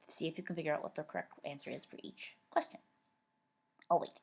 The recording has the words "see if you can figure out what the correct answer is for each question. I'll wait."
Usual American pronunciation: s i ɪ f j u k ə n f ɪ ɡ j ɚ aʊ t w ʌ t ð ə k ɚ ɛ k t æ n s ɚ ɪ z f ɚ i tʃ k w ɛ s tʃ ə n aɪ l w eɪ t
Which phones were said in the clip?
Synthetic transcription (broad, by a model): s i ɪ f j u k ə n f ɪ ɡ j ɚ aʊ t w ʌ t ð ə k ɚ ɛ k t æ n s ɚ ɪ z f ɚ i tʃ k w ɛ s tʃ ə n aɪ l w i